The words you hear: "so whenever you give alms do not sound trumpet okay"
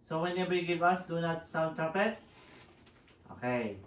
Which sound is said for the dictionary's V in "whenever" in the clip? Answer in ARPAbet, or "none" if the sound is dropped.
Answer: B